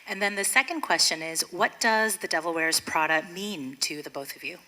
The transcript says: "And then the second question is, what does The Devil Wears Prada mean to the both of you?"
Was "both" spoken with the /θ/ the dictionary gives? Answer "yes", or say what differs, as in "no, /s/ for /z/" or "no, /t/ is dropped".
yes